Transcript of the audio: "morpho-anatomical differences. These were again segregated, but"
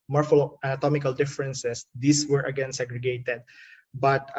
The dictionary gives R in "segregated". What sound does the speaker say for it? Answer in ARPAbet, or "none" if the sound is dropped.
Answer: R